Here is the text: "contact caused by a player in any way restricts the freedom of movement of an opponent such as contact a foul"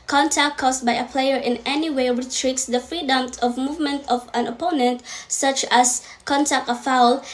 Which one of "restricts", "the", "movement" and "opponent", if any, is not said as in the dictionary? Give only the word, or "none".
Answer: restricts